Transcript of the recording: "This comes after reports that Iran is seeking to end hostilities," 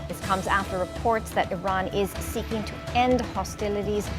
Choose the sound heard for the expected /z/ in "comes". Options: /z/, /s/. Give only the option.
/z/